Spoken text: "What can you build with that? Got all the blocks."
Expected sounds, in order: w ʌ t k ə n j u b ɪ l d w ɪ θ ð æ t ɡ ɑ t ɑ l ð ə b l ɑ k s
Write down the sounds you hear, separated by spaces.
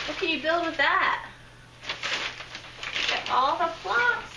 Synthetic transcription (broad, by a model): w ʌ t k ə n j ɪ b ɪ l d w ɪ ð æ t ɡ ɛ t ɑ l ð ə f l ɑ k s